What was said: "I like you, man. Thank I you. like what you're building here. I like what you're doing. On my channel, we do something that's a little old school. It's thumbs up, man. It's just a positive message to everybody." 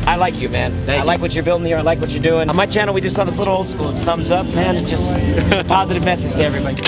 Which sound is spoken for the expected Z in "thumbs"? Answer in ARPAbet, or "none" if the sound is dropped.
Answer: Z